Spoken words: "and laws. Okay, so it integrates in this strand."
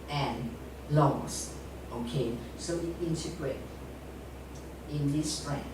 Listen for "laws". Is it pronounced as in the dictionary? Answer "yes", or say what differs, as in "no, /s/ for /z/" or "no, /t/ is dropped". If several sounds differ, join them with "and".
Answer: no, /s/ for /z/